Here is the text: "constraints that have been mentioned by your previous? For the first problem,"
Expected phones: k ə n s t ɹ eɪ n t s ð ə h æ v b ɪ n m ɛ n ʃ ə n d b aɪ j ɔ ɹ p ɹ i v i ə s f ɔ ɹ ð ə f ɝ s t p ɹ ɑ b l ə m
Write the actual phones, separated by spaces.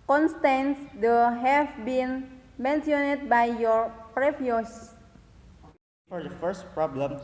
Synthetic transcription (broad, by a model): k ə n s t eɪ n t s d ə h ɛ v b ɪ n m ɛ n s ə n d b aɪ j ɔ ɹ p ɹ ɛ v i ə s f ɔ ɹ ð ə f ɝ s t p ɹ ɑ b l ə m